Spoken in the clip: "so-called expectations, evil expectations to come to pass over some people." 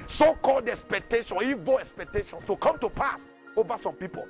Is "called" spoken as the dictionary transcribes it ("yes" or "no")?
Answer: yes